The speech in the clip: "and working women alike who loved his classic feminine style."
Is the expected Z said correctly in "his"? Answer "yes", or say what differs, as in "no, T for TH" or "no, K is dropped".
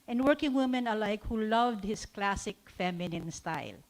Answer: no, S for Z